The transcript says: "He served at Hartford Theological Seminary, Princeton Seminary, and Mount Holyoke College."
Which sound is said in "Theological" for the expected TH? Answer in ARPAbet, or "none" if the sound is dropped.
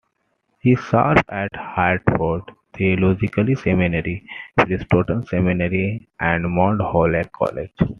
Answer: T